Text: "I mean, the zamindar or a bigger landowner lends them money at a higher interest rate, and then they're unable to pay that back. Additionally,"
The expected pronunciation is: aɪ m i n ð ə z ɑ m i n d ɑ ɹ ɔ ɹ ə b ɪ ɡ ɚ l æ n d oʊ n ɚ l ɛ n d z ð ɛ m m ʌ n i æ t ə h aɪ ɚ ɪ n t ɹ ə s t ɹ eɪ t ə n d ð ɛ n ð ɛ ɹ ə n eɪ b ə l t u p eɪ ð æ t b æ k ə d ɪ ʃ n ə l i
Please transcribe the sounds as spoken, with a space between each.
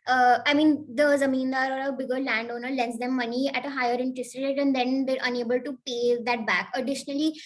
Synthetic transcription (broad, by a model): aɪ m i n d ə z ɑ m i n d ɑ ɹ ɔ ɹ ə b ɪ ɡ ɚ l æ n d oʊ n ɚ l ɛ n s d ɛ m m ʌ n i æ t ə h aɪ ɚ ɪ n t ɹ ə s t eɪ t ə n d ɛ n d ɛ ɹ ə n eɪ b ə l t u p eɪ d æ t b æ k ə d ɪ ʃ n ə l i